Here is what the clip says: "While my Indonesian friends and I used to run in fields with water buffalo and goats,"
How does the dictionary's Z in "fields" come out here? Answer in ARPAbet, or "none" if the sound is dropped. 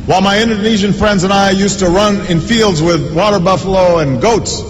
Z